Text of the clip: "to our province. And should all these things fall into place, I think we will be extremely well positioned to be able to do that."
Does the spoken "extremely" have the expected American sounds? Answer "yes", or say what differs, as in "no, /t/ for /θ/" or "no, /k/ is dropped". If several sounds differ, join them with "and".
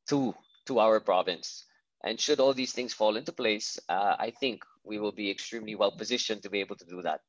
yes